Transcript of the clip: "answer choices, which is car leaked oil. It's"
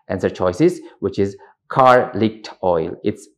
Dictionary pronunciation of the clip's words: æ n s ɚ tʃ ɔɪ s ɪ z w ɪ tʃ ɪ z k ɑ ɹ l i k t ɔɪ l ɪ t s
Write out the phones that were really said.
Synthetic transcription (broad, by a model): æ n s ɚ tʃ ɔɪ s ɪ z w ɪ tʃ ɪ z k ɑ ɹ l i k t ɔɪ l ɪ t s